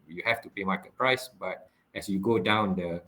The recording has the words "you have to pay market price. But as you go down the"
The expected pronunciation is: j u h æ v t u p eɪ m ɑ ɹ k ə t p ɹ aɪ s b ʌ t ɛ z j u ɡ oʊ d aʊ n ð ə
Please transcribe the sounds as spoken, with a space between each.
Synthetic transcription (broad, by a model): j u h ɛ f t u p eɪ m ɑ k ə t p ɹ aɪ s b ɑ t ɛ s j u ɡ oʊ d aʊ n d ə